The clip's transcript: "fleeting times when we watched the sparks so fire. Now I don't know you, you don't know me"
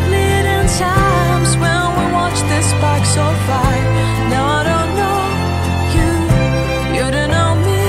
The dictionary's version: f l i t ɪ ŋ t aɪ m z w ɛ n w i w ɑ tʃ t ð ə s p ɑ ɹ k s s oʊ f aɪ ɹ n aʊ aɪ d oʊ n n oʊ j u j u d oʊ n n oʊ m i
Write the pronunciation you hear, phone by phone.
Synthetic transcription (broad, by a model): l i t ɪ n t aɪ m z w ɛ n w i w ɑ tʃ ð ə s b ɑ k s s oʊ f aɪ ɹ n aʊ aɪ d oʊ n n oʊ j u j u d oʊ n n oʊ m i